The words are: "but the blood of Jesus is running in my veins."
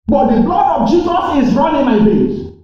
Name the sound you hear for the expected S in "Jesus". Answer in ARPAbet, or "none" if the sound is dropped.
S